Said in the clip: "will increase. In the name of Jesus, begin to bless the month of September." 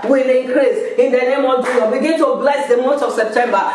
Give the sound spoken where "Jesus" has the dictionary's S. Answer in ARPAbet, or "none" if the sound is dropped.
none